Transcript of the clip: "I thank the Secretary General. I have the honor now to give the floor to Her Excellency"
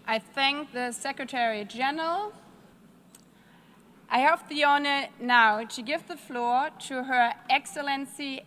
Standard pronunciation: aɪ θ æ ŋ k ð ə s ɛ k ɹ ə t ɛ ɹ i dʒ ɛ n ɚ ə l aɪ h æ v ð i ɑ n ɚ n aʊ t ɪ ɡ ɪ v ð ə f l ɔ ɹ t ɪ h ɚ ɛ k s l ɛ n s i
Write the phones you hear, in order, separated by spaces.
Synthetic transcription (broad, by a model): aɪ θ æ ŋ k ð ə s ɛ k ɹ ə t ɛ ɹ i dʒ ɛ n ɚ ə l aɪ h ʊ p ð i ɑ n ɚ n aʊ t ɪ ɡ ɪ v ð ə f l ɔ ɹ t ɪ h ɚ ɛ k s l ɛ n s i